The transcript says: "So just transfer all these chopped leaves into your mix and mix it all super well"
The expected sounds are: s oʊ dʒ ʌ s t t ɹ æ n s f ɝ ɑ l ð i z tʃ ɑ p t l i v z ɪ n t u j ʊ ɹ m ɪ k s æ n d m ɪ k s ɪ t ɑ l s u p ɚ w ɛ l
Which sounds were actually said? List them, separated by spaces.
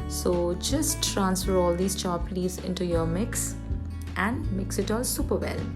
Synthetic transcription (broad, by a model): s oʊ dʒ ʌ s t t ɹ æ n s f ɝ ɑ l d i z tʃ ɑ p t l i z ɪ n t u j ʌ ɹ m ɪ k s æ n d m ɪ k s ɪ t ɑ l s u p ɚ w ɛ l